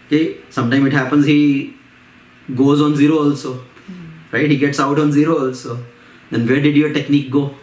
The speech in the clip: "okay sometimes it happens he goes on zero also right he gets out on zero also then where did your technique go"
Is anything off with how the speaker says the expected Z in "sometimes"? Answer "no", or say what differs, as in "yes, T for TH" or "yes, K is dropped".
yes, Z is dropped